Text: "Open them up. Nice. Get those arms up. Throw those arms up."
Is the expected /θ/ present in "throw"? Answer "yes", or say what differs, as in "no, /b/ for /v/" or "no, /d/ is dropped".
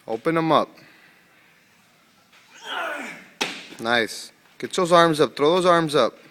no, /t/ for /θ/